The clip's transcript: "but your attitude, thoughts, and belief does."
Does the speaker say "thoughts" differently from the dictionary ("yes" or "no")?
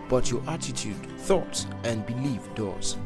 no